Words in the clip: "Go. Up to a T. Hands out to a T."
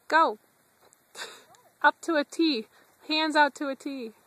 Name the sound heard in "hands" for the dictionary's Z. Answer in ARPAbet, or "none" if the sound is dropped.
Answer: Z